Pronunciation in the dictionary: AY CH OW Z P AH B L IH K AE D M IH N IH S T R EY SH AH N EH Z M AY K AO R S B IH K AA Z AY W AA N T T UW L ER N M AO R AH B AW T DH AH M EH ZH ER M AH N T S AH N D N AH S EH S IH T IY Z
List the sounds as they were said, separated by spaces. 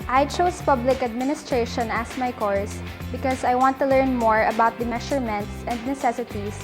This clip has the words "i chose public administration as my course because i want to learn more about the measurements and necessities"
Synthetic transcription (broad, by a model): AY CH OW S P AH B L IH K AE D M IH N IH S T R EY SH AH N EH S M AY K AO R S B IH K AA S AY W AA N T T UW L ER N M AO R AH B AW T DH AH M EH SH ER M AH N T S AH N D N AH S EH S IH T IY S